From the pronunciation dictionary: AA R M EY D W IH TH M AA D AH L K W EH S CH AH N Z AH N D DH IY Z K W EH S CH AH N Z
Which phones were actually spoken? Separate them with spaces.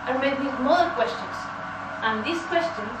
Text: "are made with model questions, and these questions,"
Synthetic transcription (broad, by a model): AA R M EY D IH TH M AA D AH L K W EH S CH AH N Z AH N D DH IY S K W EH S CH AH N